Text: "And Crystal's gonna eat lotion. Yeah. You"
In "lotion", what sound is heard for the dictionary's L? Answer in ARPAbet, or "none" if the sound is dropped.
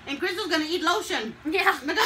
L